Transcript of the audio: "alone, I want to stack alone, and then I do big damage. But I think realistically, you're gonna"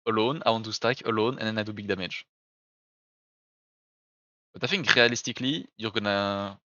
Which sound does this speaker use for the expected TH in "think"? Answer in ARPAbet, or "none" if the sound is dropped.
F